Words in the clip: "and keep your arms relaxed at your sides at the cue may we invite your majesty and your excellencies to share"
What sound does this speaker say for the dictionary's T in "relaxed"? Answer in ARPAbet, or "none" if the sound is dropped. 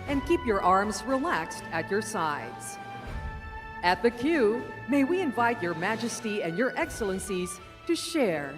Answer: T